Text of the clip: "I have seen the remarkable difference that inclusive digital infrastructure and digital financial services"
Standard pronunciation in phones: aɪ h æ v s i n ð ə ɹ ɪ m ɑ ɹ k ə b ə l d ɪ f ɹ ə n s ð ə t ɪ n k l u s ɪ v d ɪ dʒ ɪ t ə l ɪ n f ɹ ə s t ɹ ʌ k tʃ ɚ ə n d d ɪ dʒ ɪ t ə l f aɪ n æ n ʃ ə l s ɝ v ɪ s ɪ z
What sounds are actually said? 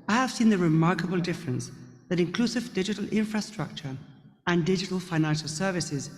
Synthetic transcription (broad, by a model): aɪ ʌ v s i n ð ə ɹ ɪ m ɑ ɹ k ə b ə l d ɪ f ɹ ə n s ð ə t ɪ n k l u s ɪ v d ɪ dʒ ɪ t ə l ɪ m f ɹ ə s t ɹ ʌ k tʃ ɚ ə n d d ɪ dʒ ɪ t ə l f aɪ n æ n ʃ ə l s ɝ v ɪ s ɪ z